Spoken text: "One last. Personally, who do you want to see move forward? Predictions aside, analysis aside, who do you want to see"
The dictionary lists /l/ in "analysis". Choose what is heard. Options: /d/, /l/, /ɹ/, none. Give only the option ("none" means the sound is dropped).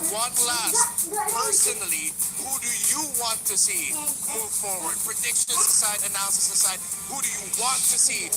none